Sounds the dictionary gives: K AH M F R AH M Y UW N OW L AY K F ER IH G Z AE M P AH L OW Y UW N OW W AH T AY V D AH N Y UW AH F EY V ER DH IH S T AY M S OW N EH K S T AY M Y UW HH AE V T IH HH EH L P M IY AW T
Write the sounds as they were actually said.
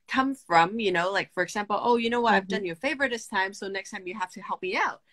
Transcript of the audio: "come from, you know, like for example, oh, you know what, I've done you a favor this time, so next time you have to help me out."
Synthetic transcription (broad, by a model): K AH M F R AH M Y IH N OW L AY K F ER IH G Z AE M P L OW Y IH N OW W AH T AY V D AH N Y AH F EY V ER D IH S T AY M S OW N EH K S T AY M Y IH HH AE F T IH HH EH L P M IY AW T